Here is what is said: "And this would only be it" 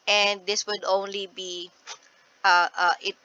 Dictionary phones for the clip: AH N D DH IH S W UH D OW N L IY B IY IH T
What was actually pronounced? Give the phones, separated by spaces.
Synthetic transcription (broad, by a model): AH N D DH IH S W UH D OW N L IY B IY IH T